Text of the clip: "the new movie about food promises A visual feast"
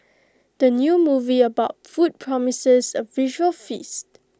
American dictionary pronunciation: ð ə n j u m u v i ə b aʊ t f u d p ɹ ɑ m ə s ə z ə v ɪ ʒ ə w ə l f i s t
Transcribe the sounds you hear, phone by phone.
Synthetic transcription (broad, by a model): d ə n j u m u v i ə b aʊ t f u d p ɹ ɑ m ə s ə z ə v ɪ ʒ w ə l f i s t